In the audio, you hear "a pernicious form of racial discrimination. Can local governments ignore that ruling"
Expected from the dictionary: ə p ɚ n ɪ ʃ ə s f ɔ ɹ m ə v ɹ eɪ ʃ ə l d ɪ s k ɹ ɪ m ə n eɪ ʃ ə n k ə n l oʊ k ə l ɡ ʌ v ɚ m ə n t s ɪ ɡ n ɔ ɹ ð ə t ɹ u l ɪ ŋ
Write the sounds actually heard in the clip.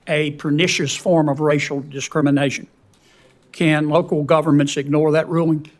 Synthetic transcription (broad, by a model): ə p ɚ n ɪ ʃ ə s f ɔ ɹ m ə v ɹ eɪ ʃ l d ɪ s k ɹ ɪ m ə n eɪ ʃ ə n k ə n l oʊ k l ɡ ʌ v ɚ m ə n t s ɪ ɡ n ɔ ɹ ð ə t ɹ u l ɪ ŋ